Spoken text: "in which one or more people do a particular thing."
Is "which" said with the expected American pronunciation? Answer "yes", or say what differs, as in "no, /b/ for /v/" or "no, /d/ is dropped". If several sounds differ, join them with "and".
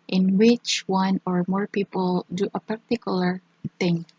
yes